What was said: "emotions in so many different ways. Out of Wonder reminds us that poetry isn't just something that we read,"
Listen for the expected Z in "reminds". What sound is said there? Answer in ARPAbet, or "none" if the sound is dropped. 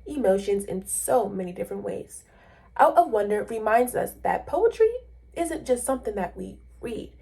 Z